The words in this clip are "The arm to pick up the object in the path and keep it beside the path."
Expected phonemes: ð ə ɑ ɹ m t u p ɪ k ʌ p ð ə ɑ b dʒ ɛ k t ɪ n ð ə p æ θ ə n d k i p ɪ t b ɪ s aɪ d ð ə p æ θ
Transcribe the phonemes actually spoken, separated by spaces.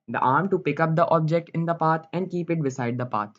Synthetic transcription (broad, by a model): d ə ɑ ɹ m t u p ɪ k ʌ p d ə ɑ b dʒ ɛ k t ɪ n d ə p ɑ t ə n d k i p ɪ t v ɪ s aɪ d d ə p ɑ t